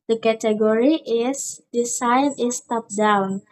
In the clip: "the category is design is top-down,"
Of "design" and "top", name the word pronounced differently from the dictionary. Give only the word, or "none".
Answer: design